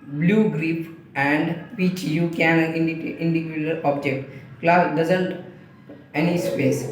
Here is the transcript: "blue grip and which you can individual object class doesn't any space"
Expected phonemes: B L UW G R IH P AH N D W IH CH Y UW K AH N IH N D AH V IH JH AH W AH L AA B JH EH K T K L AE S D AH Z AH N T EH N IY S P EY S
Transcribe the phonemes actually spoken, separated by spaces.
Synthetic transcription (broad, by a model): B L UW G R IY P AH N D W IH CH Y UW K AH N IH N D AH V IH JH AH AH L AA B JH EH K T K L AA D AH Z AH N T EH N IY S P EY S